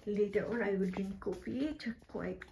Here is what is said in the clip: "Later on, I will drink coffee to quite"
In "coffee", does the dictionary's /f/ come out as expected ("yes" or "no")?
no